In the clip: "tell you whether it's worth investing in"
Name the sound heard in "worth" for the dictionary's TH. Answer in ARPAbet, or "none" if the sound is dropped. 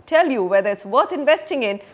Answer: T